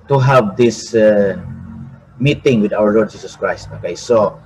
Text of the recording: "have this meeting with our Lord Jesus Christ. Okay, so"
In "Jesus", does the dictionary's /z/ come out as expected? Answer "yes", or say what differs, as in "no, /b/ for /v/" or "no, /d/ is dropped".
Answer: no, /s/ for /z/